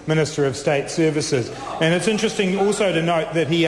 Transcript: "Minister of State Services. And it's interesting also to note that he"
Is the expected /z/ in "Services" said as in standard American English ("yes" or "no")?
yes